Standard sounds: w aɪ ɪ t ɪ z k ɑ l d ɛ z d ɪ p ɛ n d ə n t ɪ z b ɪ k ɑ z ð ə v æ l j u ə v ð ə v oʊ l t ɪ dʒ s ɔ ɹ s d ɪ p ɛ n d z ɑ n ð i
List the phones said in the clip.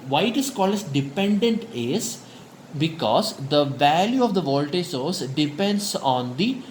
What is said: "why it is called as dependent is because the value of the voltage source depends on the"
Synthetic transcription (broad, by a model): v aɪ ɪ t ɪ s k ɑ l ɪ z d ɪ p ɛ n d ə n t ɪ z b ɪ k ɑ z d ə v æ l j u ə v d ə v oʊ l t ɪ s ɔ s d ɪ p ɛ n d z ɑ n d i